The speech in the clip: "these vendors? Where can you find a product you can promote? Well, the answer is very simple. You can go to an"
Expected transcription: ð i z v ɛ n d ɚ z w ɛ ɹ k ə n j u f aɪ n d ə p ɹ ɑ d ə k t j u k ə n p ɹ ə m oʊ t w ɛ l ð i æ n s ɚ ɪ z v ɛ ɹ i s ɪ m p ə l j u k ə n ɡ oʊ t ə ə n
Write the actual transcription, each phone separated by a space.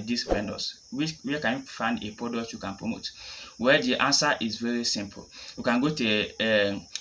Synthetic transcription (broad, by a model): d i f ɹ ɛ n d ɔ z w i w k ə n j u f aɪ n d ə p ɹ ɑ d ə k t j u k ə n p ɹ ə m oʊ t w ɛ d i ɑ n s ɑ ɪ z v ɛ ɹ i s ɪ m p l j u k ə n ɡ oʊ t ə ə